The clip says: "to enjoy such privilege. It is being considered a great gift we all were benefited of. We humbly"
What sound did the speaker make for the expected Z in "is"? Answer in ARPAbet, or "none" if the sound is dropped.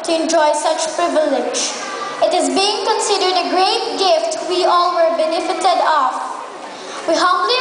Z